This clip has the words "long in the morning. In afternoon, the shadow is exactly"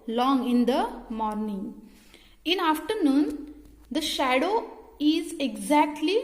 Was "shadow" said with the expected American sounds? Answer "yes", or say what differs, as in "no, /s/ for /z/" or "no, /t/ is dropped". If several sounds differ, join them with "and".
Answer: yes